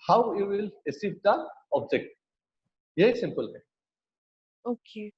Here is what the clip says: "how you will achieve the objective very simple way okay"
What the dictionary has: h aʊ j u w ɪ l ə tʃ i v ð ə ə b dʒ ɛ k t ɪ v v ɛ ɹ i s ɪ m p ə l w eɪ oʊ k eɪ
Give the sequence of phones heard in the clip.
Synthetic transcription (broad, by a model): h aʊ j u w ɪ l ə s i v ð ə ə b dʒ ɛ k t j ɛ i s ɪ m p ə l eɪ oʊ k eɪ